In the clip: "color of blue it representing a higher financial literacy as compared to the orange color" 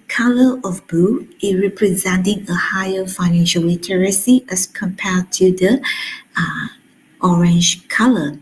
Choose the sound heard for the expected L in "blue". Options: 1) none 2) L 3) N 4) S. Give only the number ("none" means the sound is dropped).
1